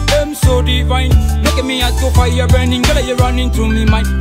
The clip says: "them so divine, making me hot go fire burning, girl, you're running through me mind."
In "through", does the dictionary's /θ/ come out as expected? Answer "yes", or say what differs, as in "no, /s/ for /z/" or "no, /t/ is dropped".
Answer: no, /t/ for /θ/